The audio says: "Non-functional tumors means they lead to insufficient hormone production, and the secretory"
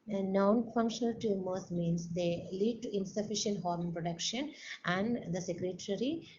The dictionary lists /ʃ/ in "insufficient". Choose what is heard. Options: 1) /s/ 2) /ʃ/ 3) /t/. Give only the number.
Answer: 2